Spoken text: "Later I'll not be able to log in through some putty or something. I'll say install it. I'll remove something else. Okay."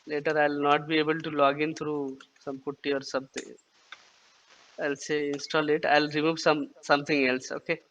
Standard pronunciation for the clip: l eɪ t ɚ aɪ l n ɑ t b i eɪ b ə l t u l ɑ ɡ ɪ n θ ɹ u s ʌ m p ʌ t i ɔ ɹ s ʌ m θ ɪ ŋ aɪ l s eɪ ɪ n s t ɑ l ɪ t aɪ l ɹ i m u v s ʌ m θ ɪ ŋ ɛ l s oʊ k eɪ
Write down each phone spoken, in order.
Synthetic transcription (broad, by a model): l eɪ t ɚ aɪ l n ɑ t b i eɪ b ə l t u l ɑ ɡ ɪ n t ɹ u s ʌ m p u t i ɔ ɹ s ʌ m t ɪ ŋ aɪ l s eɪ ɪ n s t ɑ l ɪ t aɪ l ɹ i m u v s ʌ m t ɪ ŋ ɛ l s oʊ k eɪ